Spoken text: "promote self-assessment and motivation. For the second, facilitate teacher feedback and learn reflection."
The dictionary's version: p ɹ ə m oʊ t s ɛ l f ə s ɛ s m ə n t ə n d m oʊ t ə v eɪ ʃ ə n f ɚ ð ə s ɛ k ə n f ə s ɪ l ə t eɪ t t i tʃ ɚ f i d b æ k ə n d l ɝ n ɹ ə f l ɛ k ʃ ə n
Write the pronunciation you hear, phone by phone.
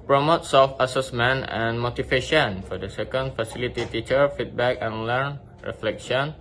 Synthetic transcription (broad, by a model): p ɹ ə m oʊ t s ɛ l f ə s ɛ s m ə n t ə n m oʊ t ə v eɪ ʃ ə n f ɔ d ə s ɛ k ə n f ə s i l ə t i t t i tʃ ɚ f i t b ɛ k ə n l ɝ n ɹ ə f l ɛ k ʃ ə n